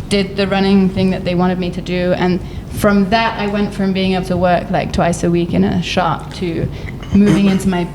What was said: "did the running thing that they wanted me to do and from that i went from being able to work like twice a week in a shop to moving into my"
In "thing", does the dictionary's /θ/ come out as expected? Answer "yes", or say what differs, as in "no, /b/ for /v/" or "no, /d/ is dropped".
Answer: yes